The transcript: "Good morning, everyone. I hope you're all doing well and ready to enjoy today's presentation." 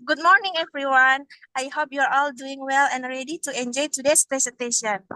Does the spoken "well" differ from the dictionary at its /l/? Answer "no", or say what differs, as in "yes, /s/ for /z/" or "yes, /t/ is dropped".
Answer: no